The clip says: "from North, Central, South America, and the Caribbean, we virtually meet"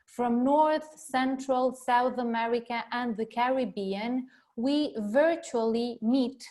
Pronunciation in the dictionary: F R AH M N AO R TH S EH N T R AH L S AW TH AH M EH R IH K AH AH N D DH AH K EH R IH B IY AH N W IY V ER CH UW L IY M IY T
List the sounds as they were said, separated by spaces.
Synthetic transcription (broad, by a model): F R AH M N AO R TH S EH N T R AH L S AW TH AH M EH R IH K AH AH N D DH AH K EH R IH B IY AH N W IY V ER CH UW L IY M IY T